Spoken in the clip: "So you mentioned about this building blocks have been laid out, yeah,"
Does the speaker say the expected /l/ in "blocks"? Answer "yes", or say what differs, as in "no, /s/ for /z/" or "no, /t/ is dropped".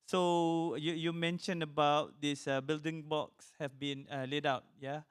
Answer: no, /l/ is dropped